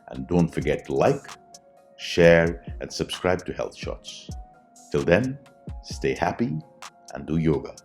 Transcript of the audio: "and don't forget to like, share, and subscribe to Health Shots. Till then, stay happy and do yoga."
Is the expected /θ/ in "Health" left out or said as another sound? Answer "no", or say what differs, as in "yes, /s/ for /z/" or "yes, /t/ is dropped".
no